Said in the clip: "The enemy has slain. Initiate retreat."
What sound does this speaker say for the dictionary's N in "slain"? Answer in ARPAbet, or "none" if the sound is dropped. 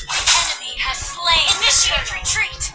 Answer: none